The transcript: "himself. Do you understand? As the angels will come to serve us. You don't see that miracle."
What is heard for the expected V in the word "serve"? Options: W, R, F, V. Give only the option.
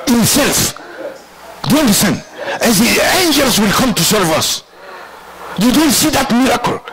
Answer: V